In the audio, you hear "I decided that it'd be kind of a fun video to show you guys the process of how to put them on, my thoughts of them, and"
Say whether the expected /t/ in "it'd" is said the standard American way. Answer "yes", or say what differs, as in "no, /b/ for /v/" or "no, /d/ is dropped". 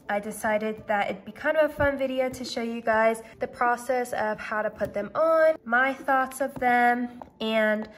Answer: yes